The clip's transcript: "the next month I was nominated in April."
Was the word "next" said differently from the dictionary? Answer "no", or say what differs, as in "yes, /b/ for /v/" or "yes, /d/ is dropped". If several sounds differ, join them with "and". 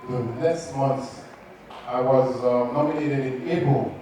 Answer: yes, /k/ is dropped